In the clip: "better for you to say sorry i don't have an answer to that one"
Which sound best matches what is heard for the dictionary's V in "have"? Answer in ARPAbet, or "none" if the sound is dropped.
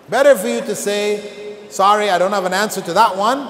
V